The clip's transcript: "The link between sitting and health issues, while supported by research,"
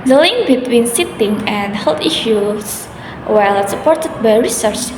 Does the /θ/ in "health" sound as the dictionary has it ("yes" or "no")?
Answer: no